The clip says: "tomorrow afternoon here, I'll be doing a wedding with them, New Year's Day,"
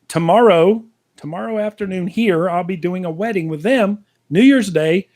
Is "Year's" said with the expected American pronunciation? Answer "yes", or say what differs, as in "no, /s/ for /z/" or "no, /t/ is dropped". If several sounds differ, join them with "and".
yes